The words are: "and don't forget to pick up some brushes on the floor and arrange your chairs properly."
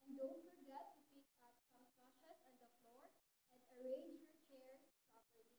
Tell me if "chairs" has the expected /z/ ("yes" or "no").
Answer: no